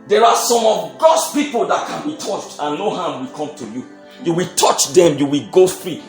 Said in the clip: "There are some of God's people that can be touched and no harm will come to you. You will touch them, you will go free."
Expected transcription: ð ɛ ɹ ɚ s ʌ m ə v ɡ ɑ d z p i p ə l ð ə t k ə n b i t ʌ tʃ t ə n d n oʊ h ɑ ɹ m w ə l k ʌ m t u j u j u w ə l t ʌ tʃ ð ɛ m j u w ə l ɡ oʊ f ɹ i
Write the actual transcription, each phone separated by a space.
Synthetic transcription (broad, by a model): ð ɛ ɹ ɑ s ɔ m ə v ɡ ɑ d s p i p ə l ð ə t k ə n b i t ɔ tʃ t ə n n oʊ h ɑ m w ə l k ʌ m t u j u j u w ə l t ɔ tʃ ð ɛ m j u w ə l ɡ oʊ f ɹ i